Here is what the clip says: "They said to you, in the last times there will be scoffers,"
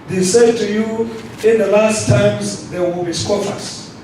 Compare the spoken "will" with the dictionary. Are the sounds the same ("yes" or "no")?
yes